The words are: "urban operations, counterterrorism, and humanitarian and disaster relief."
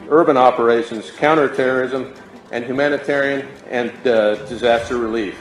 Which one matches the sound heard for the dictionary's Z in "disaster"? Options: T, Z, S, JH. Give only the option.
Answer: Z